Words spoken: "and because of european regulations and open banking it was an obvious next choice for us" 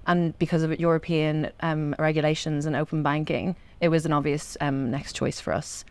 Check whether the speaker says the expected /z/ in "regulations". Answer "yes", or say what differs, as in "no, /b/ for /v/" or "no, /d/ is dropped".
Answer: yes